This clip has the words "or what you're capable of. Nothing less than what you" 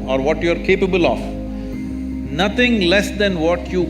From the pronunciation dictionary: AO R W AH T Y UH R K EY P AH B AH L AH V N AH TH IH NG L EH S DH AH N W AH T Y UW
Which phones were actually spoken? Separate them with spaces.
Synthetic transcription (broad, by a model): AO R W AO T Y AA R K EY P AH B AH L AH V N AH T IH NG L EH S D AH N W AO T Y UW